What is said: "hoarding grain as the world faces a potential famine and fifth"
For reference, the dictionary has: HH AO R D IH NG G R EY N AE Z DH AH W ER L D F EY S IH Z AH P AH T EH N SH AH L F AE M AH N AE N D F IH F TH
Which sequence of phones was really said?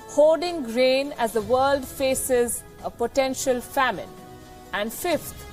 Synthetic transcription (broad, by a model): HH AO D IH NG G R EY N AE Z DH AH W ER L D F EY S IH Z AH P AH T EH N SH AH L F AE M AH N AE N D F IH F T